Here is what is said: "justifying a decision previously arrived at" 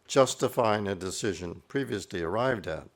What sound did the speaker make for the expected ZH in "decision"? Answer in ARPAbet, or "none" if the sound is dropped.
ZH